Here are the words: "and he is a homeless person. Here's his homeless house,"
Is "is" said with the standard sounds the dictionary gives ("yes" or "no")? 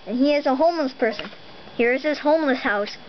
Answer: yes